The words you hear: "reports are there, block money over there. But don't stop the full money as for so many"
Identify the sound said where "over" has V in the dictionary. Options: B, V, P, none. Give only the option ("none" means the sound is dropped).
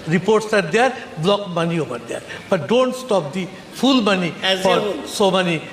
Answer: P